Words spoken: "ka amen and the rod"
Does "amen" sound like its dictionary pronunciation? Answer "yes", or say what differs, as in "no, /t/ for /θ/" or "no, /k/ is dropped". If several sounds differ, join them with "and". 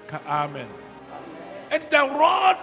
yes